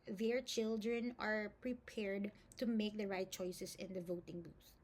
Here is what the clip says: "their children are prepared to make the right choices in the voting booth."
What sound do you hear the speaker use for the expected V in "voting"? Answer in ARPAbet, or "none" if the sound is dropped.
V